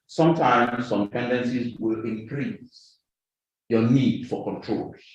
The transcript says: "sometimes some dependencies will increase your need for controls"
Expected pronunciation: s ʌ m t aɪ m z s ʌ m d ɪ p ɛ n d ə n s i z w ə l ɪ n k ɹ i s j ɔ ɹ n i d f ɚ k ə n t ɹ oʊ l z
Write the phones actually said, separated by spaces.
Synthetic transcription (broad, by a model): s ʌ m t aɪ m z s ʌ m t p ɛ n d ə n s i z w ə l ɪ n k ɹ i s j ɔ n i d f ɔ k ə n t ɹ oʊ l